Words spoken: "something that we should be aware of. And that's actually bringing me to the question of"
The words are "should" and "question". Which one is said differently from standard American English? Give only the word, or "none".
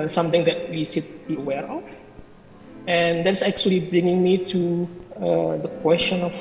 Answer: should